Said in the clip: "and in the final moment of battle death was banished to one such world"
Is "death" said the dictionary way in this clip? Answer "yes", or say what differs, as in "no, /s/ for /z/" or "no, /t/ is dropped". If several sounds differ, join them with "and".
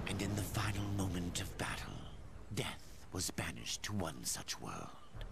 yes